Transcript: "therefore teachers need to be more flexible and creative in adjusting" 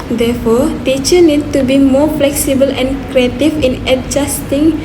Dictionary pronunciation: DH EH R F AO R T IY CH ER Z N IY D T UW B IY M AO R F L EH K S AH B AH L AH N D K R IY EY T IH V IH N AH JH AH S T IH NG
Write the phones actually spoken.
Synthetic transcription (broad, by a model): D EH F AO T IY CH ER N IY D T UW B IY M AO F L EH K S AH B AH L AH N K R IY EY T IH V IH N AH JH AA S T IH NG